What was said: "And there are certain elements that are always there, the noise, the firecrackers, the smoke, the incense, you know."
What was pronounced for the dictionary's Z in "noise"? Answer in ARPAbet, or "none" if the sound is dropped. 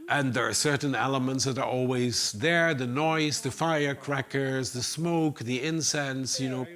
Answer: Z